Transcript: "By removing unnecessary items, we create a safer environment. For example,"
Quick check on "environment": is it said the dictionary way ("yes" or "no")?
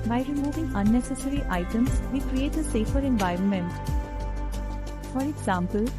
yes